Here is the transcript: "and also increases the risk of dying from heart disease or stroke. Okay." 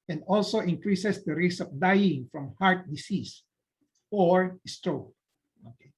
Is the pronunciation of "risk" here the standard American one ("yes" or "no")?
no